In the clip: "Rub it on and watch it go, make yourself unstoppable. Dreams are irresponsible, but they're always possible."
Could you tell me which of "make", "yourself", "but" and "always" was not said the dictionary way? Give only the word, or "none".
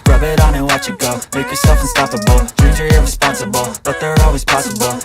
none